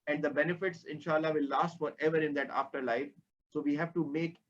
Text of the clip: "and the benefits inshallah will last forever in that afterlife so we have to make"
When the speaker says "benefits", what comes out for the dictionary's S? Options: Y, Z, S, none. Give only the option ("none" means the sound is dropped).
S